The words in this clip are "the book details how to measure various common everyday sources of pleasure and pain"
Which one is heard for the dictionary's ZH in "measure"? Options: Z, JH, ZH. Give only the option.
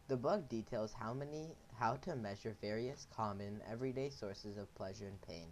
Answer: ZH